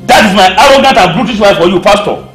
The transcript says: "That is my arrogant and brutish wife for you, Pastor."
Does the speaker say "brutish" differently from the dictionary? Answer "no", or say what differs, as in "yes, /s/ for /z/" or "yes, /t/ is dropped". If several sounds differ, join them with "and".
yes, /s/ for /ʃ/